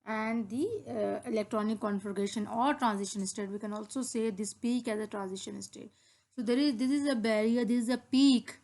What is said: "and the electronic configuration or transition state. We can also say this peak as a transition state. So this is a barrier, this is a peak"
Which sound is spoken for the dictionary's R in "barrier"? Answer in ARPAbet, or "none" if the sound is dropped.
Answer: R